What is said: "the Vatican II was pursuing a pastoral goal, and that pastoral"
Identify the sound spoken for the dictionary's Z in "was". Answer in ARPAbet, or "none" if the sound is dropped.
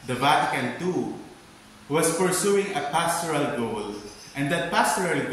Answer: S